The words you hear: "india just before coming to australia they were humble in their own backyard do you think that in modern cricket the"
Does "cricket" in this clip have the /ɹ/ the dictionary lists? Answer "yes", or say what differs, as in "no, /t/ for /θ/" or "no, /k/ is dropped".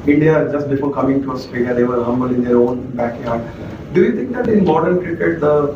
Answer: yes